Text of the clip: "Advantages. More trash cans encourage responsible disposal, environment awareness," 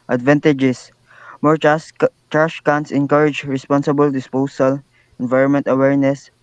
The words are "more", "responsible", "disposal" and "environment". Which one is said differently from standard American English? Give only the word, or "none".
disposal